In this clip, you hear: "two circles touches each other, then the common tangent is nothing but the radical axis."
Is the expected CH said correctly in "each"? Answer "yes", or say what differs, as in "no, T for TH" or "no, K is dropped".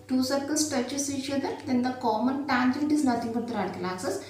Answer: no, SH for CH